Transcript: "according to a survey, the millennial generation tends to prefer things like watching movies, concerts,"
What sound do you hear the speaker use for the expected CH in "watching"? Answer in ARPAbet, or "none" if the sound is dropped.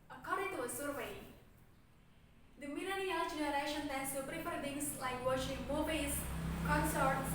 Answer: SH